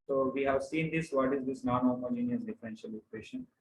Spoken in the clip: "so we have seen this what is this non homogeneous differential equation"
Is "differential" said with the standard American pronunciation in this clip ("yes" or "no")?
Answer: yes